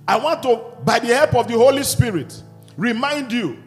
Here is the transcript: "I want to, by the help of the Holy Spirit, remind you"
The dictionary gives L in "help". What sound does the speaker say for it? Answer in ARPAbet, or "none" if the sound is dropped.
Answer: L